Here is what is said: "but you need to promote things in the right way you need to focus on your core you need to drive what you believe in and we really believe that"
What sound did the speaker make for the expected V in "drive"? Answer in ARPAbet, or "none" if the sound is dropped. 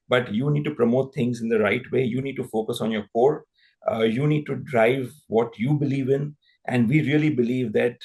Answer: V